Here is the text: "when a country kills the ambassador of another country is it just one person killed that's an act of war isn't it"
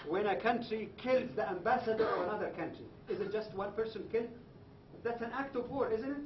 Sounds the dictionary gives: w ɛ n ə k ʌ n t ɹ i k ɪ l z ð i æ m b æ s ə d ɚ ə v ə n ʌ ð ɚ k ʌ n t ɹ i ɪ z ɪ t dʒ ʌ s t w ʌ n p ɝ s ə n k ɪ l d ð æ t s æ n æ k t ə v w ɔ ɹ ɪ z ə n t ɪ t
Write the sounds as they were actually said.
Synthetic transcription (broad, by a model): w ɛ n ə k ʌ n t ɹ i k ɪ l z ð i æ m b æ s ə d ɚ ə v ə n ʌ ð ɚ k ʌ n t ɹ i ɪ z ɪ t dʒ ʌ s t w ʌ n p ɝ s ə n k ɪ l d ð æ t s æ n æ k t ə v w ɔ ɹ ɪ z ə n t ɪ t